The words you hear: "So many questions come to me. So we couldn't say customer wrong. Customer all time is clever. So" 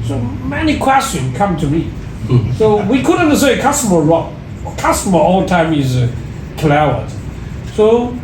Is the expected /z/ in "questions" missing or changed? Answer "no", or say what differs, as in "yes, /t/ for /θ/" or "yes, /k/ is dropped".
yes, /z/ is dropped